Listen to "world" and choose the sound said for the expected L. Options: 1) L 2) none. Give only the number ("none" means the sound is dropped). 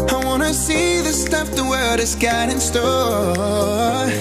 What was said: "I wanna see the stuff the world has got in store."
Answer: 2